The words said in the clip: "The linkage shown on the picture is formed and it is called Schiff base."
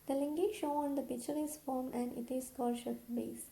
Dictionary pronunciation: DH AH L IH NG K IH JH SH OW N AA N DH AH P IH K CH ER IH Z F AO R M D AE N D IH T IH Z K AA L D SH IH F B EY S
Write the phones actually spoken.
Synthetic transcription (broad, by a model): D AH L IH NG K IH SH OW AA N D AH P IH K CH ER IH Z F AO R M AE N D IH T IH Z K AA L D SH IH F B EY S